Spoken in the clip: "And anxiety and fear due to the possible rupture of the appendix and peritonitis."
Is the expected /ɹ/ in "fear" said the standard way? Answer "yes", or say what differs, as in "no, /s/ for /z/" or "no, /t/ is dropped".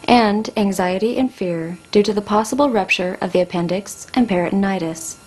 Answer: yes